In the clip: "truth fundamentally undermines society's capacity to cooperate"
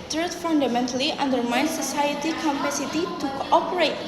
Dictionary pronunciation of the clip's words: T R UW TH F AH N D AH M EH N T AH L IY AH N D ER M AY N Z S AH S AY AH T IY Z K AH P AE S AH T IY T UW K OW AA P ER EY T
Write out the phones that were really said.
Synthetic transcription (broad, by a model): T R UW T F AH N D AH M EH N T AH L IY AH N D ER M AY N S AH S AY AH T IY K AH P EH S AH T IY T UW K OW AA P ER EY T